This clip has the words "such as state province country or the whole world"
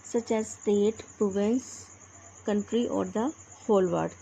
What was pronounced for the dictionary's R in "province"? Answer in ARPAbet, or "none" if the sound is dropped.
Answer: none